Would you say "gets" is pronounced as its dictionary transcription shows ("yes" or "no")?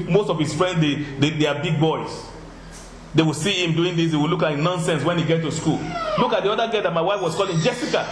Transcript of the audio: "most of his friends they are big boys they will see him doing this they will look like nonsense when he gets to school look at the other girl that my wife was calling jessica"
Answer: no